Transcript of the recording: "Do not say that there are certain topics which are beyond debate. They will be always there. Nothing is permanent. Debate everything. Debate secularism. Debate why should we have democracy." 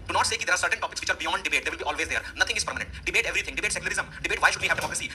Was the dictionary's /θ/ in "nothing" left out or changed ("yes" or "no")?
yes